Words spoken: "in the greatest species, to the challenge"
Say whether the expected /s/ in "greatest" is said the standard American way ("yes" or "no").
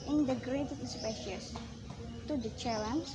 no